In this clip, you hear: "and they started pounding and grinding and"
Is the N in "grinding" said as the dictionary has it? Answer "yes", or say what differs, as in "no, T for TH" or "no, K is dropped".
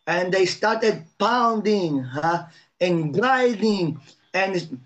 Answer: no, N is dropped